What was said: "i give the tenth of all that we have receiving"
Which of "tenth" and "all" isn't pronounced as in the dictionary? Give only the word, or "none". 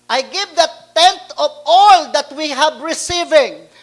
tenth